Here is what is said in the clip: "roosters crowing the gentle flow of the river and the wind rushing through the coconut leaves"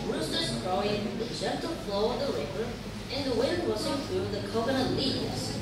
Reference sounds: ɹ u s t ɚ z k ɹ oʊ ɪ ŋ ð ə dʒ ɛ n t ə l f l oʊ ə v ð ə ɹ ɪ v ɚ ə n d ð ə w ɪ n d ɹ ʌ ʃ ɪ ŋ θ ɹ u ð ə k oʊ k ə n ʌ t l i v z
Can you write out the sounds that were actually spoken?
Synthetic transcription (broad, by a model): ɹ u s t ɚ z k ɹ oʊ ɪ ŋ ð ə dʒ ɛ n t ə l f l oʊ ə v ð ə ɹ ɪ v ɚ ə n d ð ə w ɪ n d w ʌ s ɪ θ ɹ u ð ə k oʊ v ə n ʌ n l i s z